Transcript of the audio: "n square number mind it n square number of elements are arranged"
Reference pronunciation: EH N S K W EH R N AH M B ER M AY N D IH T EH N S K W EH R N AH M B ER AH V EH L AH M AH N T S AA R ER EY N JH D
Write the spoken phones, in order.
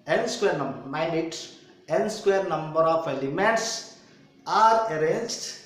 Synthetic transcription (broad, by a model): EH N S K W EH R N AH M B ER M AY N IH T EH N S K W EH R N AH M B ER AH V EH L AH M AH N T S AA R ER EY N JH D